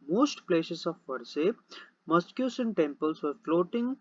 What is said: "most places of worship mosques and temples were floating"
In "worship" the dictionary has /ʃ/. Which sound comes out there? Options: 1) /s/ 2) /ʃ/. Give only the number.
1